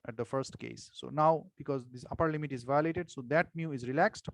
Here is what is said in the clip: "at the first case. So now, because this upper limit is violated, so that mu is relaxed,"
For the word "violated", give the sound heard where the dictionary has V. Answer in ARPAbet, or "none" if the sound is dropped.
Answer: V